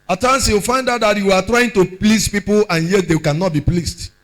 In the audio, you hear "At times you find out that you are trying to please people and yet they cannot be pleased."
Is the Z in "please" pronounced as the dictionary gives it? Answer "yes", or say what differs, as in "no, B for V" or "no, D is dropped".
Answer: no, S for Z